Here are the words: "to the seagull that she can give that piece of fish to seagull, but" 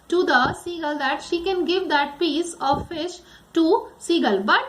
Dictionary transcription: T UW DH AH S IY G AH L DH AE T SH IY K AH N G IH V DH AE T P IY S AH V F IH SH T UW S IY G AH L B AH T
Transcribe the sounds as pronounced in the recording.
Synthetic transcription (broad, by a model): T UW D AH S IY G AH L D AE T SH IY K AH N G IH V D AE T P IY S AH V F IH SH T UW S IY G AH L B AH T